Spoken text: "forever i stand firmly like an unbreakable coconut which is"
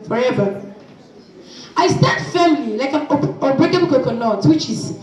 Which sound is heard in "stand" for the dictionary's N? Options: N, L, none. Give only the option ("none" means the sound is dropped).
none